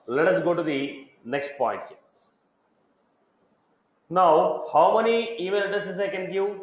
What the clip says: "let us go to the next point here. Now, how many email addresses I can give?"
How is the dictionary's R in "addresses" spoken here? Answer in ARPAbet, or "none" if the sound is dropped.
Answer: none